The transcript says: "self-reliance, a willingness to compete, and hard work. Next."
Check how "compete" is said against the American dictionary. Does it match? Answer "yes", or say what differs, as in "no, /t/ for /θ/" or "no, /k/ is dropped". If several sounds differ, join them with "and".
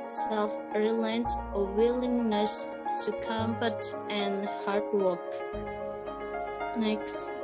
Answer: no, /f/ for /p/